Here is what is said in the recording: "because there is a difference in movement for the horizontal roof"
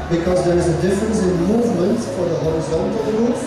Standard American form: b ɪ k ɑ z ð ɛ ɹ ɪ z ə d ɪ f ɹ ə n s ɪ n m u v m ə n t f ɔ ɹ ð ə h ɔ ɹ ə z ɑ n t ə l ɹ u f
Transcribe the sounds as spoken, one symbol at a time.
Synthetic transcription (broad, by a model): b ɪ k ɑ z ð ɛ ɹ ɪ z ə d ɪ f ɹ ə n s ɪ n m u v m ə n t f ɔ ɹ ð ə h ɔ ɹ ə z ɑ n t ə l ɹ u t